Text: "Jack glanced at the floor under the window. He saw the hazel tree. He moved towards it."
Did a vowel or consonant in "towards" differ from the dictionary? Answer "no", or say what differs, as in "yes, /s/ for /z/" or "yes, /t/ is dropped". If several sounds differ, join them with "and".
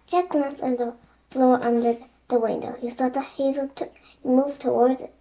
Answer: no